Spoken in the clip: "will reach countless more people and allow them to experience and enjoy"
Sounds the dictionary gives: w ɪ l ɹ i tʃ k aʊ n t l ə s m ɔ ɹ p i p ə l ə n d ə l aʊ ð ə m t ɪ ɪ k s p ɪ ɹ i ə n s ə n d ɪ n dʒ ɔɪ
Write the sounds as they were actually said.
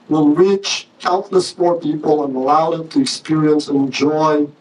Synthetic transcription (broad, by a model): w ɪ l ɹ i tʃ aʊ t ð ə s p ɔ ɹ p i p ə l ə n ə l aʊ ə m t ɪ ɪ k s p ɪ ɹ i ə n s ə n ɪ n dʒ ɔɪ